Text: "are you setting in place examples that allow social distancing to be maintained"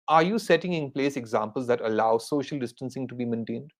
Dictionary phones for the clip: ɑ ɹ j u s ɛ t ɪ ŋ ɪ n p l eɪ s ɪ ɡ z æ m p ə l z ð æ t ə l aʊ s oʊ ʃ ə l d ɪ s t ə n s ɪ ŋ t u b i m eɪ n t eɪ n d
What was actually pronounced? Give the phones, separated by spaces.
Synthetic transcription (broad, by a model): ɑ ɹ j u s ɛ t ɪ ŋ ɪ n p l eɪ s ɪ ɡ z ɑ m p ə l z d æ t ə l aʊ s oʊ ʃ ə l d ɪ s t ə n s ɪ ŋ t u b i m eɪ n t eɪ n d